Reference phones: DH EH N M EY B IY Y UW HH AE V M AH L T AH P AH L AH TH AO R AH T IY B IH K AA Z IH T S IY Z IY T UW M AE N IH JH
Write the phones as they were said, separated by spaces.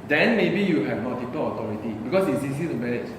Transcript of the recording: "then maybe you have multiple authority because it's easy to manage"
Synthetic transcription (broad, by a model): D EH N M EY B IY Y UW HH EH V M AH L T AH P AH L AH T AO R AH T IY B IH K AA S IH T S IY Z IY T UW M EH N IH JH